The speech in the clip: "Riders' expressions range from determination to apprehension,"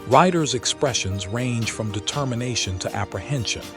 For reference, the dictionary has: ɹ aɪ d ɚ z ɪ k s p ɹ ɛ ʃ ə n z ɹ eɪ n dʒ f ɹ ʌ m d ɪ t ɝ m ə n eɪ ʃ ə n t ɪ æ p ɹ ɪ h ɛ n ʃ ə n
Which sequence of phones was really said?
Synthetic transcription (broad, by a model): ɹ aɪ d ɚ z ɪ k s p ɹ ɛ ʃ ə n z ɹ eɪ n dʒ f ɹ ʌ m d ɪ t ɝ m ə n eɪ ʃ ə n t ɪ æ p ɹ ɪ h ɛ n ʃ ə n